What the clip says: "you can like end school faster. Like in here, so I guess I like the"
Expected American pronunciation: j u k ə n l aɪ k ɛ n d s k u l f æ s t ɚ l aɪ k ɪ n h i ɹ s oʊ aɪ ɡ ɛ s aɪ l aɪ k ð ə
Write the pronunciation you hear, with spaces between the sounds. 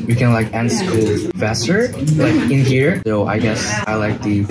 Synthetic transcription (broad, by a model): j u k ə n l aɪ k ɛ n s ɪ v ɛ s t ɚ l aɪ k ɪ n h i ɹ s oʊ aɪ ɡ ɛ s aɪ l aɪ k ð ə